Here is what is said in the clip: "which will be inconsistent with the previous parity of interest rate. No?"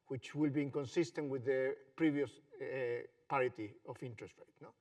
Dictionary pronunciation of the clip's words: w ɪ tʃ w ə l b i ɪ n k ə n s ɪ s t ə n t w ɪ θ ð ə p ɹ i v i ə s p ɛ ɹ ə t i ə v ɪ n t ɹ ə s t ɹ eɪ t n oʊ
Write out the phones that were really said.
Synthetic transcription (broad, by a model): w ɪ tʃ w ə l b i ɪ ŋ k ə n s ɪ s t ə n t w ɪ ð ə p ɹ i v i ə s p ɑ ɹ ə t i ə f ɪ n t ɹ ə s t ɹ eɪ t n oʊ